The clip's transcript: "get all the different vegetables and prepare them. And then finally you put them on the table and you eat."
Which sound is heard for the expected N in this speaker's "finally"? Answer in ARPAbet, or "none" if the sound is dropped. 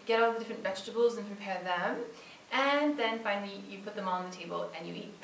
none